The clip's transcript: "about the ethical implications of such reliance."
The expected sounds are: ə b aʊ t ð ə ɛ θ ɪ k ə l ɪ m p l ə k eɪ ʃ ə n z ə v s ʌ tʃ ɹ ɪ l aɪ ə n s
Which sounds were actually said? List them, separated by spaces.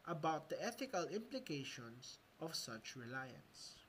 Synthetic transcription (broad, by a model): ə b aʊ t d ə ɛ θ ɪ k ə l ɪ m p l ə k eɪ ʃ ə n s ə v s ʌ tʃ ɹ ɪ l aɪ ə n s